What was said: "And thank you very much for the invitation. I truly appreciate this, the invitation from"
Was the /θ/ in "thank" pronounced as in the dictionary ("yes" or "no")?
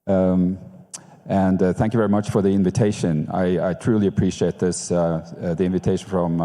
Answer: yes